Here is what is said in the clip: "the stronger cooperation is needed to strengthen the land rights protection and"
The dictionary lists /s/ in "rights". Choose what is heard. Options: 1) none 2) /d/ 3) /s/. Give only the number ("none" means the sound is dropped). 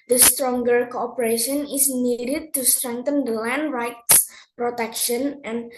3